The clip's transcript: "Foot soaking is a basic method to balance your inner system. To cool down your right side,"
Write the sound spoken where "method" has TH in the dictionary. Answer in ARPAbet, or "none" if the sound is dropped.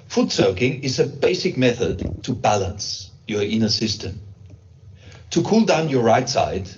TH